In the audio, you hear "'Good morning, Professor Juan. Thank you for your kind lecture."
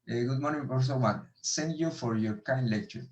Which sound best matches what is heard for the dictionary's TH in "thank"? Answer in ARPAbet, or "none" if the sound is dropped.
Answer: S